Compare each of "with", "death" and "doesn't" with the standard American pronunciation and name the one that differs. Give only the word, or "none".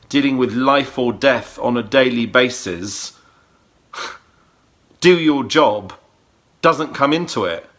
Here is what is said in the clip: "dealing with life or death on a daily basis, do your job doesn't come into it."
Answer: none